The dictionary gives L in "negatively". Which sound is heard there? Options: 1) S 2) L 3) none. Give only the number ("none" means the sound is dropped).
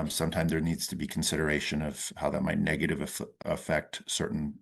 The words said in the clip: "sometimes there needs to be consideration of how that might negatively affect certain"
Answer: 3